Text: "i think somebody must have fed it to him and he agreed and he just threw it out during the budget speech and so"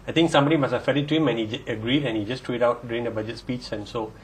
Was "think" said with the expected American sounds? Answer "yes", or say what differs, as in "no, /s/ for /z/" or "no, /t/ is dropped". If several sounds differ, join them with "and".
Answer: no, /t/ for /θ/